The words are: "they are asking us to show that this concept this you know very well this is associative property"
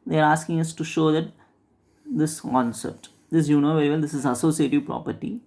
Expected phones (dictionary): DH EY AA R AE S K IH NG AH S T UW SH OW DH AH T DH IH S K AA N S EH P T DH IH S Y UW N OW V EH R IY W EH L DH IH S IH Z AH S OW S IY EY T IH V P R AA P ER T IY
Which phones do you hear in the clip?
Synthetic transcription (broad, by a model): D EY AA R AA S K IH NG AH S T UW SH OW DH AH T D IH S K AA N S EH P T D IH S Y UW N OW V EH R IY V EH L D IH S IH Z AH S OW S IY EY T IH V P R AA P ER T IY